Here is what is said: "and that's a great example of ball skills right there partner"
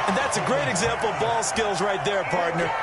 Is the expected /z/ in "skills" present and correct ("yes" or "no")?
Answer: yes